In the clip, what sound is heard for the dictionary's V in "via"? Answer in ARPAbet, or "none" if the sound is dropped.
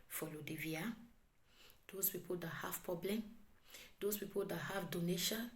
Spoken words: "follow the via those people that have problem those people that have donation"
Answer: V